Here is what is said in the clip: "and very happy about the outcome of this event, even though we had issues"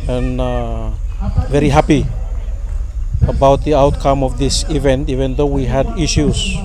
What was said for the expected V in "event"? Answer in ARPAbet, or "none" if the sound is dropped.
V